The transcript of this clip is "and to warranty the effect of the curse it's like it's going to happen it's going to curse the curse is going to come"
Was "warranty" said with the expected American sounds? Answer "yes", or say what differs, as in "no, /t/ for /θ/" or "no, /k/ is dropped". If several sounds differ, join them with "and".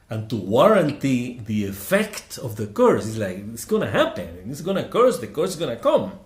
yes